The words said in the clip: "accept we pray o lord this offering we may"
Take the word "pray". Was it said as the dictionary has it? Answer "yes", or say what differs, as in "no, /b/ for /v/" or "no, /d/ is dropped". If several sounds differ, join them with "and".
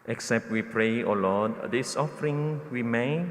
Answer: yes